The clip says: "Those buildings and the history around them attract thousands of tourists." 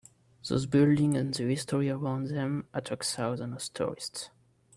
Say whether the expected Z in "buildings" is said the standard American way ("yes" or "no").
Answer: no